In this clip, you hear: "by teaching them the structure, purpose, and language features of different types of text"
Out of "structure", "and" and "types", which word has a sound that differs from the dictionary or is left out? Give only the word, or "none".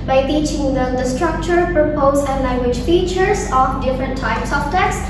none